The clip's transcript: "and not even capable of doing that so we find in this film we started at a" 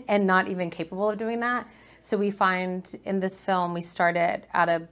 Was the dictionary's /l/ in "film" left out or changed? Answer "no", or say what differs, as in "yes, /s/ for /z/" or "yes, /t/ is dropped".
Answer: no